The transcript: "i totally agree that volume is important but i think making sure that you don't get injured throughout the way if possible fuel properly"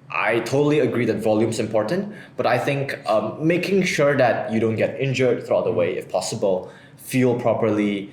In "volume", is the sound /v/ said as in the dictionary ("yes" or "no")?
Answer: yes